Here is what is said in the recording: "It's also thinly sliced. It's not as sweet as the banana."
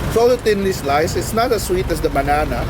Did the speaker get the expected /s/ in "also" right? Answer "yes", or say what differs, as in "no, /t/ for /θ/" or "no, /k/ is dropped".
no, /s/ is dropped